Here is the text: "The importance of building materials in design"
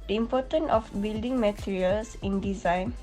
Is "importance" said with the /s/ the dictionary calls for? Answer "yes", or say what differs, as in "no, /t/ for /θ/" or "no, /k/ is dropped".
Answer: no, /s/ is dropped